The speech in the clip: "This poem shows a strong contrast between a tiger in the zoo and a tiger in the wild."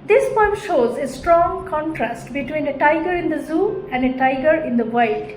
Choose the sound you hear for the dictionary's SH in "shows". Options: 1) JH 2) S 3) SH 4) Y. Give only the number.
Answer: 3